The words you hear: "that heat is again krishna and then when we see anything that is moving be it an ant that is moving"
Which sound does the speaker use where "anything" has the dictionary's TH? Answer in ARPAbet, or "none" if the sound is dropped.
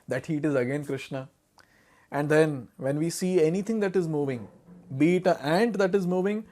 T